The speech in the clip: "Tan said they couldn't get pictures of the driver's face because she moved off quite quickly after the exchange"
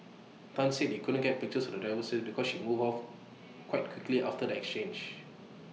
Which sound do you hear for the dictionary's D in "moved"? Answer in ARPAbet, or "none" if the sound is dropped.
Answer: none